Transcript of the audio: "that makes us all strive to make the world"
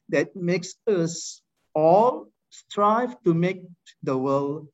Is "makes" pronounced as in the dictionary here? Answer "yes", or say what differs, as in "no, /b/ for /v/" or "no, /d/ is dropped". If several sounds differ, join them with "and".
yes